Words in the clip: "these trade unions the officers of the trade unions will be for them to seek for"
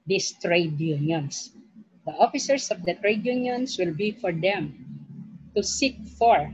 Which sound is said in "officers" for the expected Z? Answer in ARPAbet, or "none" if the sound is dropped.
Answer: S